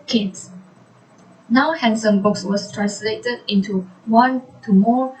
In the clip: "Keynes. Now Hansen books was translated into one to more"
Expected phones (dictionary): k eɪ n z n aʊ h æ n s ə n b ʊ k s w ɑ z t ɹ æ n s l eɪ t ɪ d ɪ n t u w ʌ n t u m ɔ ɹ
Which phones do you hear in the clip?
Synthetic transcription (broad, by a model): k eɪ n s n aʊ h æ n s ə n b ʊ k s w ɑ s t ɹ æ n s l eɪ t ɪ d ɪ n t u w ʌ n t u m ɔ